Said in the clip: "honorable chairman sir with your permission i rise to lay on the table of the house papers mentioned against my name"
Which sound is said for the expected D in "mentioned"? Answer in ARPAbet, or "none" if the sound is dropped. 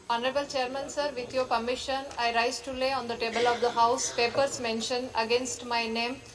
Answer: none